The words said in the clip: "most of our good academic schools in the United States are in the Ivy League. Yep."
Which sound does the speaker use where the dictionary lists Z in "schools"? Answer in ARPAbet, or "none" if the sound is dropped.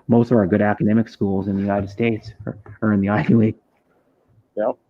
Z